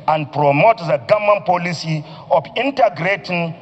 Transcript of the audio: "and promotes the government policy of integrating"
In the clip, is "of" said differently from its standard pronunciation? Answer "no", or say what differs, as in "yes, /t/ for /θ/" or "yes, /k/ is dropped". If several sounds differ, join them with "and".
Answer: yes, /f/ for /v/